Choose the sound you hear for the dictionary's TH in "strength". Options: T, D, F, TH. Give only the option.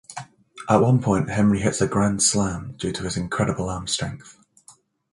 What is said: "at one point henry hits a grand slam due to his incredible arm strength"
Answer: TH